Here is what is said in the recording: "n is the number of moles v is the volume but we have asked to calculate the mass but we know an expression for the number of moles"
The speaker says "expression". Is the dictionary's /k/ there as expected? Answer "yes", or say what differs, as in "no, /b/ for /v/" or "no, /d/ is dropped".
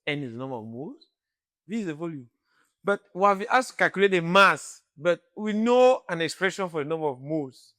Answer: yes